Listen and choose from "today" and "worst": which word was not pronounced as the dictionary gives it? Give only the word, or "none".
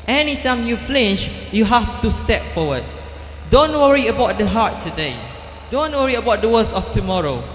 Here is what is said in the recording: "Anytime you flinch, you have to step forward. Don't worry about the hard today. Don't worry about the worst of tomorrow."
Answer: worst